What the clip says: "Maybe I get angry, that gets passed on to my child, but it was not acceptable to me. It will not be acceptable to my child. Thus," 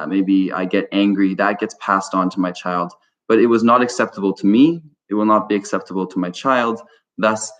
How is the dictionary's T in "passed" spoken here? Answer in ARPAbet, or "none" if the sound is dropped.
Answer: T